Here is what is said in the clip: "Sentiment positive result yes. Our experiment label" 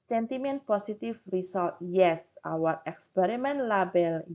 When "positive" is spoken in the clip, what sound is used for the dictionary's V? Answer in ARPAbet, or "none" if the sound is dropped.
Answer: F